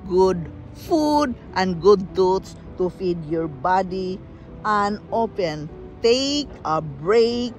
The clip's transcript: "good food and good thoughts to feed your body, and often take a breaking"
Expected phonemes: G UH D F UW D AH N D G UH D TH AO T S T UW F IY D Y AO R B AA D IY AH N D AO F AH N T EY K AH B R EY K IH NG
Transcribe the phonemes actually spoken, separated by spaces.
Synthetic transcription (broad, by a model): G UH D F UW D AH N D G UH D T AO T S T UW F IY D Y AO R B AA D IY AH N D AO P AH N T EY K AH B R EY K